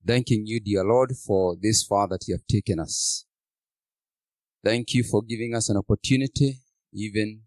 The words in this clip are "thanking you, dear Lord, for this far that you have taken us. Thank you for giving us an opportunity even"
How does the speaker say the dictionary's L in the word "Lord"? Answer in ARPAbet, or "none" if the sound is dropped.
L